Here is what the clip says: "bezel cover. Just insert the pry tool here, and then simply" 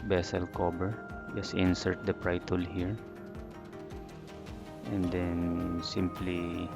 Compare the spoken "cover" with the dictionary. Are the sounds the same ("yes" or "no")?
no